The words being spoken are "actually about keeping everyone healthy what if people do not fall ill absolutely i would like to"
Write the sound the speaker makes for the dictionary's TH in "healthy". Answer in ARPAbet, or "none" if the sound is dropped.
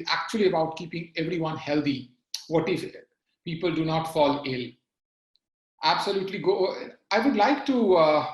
T